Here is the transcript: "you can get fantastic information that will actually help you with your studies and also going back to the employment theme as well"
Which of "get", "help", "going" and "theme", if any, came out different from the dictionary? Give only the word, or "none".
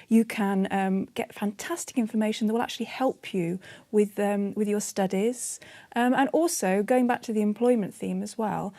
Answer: none